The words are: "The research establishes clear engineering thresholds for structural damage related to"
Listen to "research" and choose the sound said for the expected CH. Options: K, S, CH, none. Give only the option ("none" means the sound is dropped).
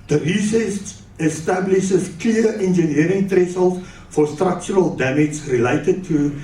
S